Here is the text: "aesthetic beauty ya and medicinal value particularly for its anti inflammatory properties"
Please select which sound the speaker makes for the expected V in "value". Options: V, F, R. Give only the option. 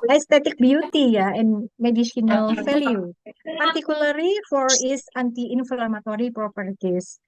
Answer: F